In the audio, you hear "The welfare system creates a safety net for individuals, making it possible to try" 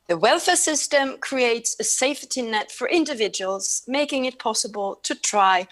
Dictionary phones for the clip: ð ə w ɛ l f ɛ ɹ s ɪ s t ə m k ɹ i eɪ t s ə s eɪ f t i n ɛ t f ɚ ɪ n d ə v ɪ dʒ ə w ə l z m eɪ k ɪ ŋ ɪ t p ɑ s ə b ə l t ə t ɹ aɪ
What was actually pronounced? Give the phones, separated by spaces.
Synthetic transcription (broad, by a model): ð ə w ɛ l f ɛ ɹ s ɪ s t ə m k ɹ i eɪ t s ə s eɪ f t i n ɛ t f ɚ ɪ n d ə v ɪ dʒ ə w ə l z m eɪ k ɪ ŋ ɪ t p ɑ s ə b ə l t ə t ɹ aɪ